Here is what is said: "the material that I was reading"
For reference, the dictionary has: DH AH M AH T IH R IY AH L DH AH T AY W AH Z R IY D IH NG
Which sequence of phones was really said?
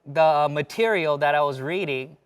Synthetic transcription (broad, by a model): DH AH M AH T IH R IY L DH AH T AY W AH Z R IY D IH NG